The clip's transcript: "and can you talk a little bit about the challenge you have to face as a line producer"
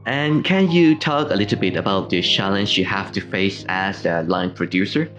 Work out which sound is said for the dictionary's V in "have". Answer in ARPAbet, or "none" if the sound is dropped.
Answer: F